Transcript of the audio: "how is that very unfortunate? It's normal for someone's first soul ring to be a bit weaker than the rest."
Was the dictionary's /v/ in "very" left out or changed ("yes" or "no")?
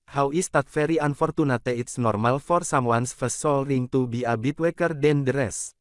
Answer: yes